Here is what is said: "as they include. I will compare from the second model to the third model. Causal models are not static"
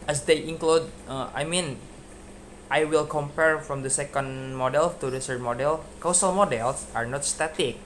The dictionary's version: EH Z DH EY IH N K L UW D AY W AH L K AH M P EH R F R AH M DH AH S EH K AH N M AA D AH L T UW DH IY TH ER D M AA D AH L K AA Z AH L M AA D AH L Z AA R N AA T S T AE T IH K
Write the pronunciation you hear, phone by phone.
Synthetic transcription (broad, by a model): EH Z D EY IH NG K L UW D AY W AH L K AH M P EH R F R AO M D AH S EH K AH N M AA D AH L T UW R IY S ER M AA D AH L K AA S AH L M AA D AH L S AA R N AA T S T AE T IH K